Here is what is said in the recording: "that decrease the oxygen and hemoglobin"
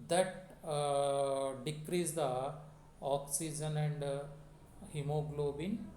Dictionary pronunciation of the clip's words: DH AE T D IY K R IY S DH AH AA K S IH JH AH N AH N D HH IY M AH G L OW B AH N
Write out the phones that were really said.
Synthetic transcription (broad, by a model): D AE T D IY K R IY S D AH AA K S IH JH AH N AH N D HH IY M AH G L OW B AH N